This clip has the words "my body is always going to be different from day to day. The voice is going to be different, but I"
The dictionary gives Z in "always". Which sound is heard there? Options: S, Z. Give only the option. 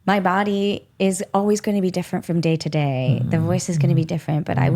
Z